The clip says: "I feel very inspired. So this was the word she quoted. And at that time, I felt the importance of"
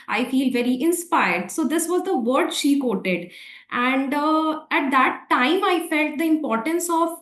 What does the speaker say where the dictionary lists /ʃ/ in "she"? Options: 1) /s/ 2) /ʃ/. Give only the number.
2